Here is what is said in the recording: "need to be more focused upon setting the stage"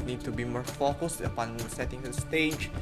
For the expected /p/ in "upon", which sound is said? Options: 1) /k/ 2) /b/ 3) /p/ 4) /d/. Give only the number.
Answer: 3